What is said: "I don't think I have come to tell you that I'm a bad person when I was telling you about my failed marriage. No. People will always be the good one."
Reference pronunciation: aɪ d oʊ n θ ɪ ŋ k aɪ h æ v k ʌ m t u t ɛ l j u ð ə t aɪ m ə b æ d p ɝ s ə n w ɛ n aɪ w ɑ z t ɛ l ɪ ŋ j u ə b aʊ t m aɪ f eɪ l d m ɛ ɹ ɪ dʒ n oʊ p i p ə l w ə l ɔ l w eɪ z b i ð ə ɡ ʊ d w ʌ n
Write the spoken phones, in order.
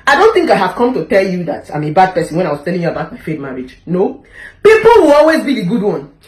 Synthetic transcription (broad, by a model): aɪ d oʊ n θ ɪ ŋ k aɪ h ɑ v k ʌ m t u t ɛ l j u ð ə t aɪ m ə b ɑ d p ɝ s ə n w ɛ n aɪ w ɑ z t ɛ l ɪ ŋ j u ə b aʊ t m aɪ f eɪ d m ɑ ɹ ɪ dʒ n oʊ p i p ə l w ə l ɔ l w eɪ z b i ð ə ɡ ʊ d w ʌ n